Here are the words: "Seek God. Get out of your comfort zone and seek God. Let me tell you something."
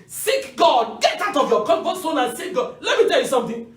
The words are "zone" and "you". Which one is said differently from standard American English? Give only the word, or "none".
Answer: zone